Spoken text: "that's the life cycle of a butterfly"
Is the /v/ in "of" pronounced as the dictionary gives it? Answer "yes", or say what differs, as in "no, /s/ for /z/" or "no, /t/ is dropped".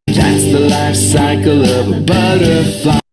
yes